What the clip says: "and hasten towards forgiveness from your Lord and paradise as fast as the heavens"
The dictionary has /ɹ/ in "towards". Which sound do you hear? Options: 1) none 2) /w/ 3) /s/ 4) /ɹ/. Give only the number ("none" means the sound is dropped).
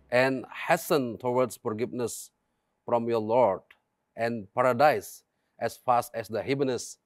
2